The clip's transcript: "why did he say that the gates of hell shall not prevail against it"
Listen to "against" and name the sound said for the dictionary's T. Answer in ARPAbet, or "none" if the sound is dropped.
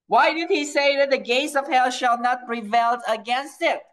T